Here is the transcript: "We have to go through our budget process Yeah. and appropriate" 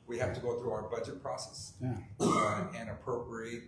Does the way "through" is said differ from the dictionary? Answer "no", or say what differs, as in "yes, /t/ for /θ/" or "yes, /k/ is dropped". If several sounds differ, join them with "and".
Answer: no